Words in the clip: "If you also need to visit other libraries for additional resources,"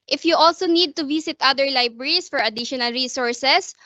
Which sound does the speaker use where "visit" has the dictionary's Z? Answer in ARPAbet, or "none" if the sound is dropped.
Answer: S